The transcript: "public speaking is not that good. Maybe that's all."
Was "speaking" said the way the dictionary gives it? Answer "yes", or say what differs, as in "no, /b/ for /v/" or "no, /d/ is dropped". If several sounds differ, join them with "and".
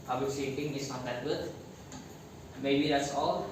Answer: no, /p/ is dropped